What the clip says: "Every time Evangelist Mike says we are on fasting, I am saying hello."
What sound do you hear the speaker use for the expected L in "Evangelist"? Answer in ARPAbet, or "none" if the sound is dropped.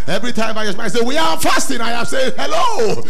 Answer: none